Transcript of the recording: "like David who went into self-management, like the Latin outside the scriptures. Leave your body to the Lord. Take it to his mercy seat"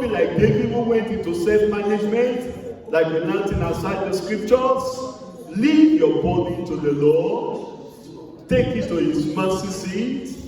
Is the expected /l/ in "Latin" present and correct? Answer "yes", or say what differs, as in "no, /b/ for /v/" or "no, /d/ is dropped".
no, /n/ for /l/